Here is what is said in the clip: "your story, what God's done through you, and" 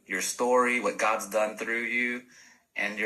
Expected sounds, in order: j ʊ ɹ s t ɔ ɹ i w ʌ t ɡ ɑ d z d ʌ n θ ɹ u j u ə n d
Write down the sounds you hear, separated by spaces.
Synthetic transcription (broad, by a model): j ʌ ɹ s t ɔ ɹ i w ʌ t ɡ ɑ d z d ʌ n θ ɹ u j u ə n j